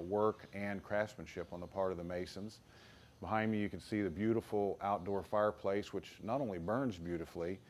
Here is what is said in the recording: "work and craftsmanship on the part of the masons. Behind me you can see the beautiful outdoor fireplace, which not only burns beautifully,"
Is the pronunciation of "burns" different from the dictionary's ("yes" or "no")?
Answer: no